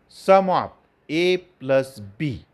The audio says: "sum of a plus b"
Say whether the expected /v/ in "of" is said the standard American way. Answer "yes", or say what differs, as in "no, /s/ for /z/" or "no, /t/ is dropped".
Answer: no, /p/ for /v/